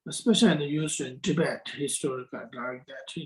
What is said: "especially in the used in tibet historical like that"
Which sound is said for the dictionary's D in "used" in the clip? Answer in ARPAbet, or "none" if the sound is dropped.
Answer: none